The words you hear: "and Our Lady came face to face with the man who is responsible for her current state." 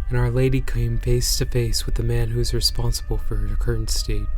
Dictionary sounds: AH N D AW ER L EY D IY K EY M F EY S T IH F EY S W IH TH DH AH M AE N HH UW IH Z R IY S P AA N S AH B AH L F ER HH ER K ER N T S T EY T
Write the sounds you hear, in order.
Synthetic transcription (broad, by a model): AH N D AW ER L EY D IY K EY M F EY S T IH F EY S W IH DH AH M AE N HH UW IH Z R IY S P AA N S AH B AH L F ER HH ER K ER N T S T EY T